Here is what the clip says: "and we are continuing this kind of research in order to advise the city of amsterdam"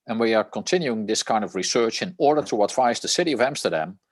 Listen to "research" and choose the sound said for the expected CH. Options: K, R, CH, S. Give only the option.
CH